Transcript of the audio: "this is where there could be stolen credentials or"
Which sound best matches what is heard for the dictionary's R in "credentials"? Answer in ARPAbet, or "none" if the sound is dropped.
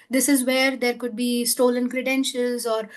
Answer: R